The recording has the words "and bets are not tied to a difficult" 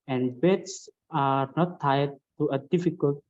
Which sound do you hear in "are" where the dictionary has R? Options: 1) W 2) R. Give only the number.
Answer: 2